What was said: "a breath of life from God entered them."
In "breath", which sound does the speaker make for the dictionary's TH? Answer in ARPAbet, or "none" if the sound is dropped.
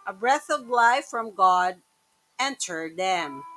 TH